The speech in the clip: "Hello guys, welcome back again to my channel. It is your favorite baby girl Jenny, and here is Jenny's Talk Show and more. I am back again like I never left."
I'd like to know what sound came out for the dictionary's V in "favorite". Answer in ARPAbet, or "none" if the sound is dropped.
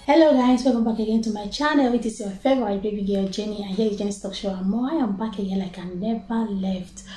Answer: B